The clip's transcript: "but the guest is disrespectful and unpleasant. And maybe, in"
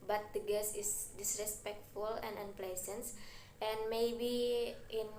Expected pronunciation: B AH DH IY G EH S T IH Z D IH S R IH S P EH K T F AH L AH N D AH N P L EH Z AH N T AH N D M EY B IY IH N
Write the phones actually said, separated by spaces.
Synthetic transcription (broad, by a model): B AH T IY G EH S IH S D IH S R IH S P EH K T F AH L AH N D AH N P L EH S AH N T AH N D M EY B IY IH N